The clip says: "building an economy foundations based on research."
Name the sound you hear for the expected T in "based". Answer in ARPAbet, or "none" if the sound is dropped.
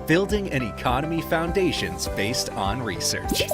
T